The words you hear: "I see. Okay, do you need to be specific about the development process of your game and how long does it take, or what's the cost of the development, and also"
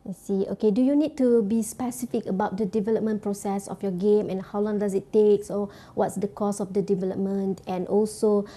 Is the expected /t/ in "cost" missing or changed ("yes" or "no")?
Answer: yes